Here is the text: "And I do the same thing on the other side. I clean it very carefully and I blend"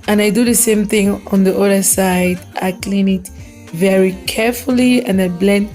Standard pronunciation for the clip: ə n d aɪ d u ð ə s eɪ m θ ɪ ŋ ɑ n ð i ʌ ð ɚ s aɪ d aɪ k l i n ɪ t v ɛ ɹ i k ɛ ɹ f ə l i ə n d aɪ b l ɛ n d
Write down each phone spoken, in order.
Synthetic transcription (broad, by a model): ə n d aɪ d u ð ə s eɪ m θ ɪ ŋ ɑ n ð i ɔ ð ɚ s aɪ d aɪ k l i n ɪ t v ɛ ɹ i k ɛ ɹ f ə l i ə n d aɪ b l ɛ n